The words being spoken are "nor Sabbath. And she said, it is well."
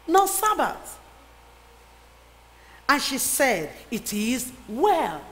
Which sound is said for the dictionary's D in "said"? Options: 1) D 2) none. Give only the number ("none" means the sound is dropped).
1